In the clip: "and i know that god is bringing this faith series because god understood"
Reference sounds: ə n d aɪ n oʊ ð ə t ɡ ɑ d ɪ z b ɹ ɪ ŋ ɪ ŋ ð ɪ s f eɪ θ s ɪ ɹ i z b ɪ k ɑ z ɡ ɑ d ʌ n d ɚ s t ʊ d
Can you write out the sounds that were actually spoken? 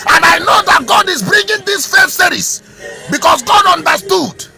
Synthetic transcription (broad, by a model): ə n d aɪ n oʊ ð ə t ɡ ɑ d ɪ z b ɹ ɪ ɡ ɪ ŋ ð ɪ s f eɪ s s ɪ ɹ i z b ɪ k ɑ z ɡ ɑ d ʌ n d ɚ s t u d